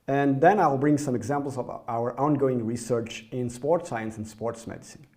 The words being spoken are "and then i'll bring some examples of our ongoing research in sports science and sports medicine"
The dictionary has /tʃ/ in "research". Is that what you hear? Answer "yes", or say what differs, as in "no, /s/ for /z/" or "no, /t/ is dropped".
yes